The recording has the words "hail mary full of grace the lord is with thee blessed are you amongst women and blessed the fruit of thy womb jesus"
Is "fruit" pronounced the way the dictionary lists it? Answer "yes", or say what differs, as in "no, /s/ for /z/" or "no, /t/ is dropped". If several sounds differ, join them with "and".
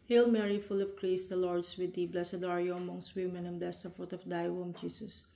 no, /ɹ/ is dropped